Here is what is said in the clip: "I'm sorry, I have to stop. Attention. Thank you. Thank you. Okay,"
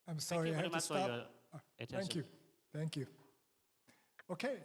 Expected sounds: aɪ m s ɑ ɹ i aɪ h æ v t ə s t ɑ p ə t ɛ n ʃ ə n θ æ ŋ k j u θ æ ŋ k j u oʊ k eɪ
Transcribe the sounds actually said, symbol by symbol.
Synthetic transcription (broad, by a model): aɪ m s ɑ ɹ i aɪ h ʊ p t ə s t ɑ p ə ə θ æ ŋ k j u θ æ ŋ k j u oʊ k eɪ